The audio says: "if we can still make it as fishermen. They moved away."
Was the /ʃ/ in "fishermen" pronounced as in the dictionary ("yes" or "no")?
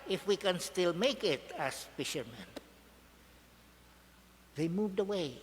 yes